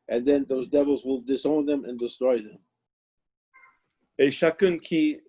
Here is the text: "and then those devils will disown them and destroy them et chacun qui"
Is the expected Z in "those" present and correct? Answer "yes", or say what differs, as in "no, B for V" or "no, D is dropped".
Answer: yes